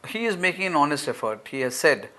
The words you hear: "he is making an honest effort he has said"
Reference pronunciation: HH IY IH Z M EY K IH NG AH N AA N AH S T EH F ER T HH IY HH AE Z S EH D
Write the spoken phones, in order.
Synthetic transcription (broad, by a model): HH IY IH Z M EY K IH NG AH N AA N AH S T EH F ER T HH IY HH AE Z S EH D